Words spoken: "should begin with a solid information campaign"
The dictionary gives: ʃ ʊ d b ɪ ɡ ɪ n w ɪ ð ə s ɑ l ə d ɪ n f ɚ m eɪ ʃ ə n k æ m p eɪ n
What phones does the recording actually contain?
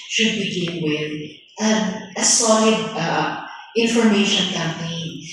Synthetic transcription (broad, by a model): ʃ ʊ d b ɪ ɡ ɪ n w ɪ ð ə s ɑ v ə ɪ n f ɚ m eɪ ʃ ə n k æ m p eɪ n